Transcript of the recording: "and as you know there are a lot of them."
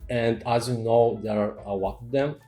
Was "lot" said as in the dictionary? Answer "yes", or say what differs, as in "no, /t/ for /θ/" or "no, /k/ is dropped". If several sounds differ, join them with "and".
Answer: no, /w/ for /l/